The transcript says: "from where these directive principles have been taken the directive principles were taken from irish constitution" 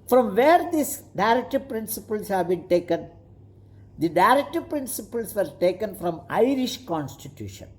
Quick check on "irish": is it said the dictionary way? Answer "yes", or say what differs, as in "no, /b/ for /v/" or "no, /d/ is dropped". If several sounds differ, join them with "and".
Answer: yes